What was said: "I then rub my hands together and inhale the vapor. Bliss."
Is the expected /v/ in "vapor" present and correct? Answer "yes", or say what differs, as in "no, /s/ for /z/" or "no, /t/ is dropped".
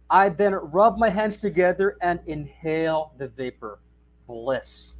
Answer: yes